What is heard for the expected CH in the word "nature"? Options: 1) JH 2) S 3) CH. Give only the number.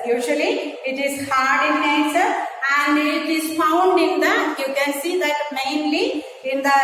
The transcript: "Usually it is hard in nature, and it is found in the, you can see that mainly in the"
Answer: 2